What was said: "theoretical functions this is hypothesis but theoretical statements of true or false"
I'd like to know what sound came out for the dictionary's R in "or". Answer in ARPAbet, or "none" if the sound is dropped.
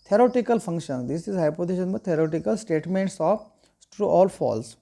L